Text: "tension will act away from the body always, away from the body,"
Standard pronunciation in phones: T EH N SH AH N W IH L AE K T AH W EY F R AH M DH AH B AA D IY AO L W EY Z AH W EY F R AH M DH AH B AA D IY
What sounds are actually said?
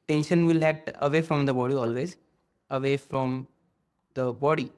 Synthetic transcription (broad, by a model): T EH N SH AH N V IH L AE T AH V EY F R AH M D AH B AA D IY AO L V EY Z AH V EY F R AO M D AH B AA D IY